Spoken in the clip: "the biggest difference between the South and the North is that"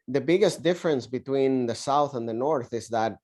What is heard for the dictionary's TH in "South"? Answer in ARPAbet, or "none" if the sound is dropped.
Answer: TH